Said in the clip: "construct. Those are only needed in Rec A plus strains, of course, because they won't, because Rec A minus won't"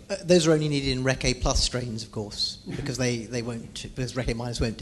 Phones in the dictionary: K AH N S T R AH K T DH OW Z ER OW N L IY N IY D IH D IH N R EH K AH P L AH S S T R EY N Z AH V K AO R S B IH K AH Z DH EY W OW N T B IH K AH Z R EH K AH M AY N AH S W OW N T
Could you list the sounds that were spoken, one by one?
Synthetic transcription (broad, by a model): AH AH DH OW Z ER OW N L IY N IY D IH D IH N R EH K AH P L AH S S T R EY N Z AH V K AO R S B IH K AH Z DH EY W OW N T B IH K AH Z R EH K AH M AY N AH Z W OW N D